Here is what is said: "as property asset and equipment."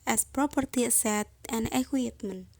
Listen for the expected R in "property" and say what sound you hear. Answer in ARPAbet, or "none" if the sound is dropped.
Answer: R